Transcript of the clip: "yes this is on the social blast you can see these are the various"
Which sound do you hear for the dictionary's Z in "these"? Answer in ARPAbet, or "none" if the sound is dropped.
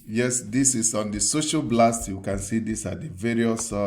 S